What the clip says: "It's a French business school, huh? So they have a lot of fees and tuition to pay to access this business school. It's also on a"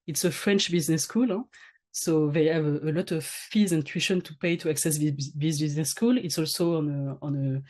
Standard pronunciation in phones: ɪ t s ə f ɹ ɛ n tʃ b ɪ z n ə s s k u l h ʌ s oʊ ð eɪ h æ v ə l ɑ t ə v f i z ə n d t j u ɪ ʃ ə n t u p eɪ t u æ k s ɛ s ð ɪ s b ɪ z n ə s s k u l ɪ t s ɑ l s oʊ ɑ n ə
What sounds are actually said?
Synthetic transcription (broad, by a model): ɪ t s ə f ɹ ɛ n tʃ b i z n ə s s k u l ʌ s oʊ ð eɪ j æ v ə l ɑ t ə v f i z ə n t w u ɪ ʃ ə n t u p eɪ t u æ k s ɛ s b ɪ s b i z n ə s s k u l ɪ t s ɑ l s oʊ ɑ n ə